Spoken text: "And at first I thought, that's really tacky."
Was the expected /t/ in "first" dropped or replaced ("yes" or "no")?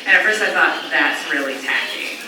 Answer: yes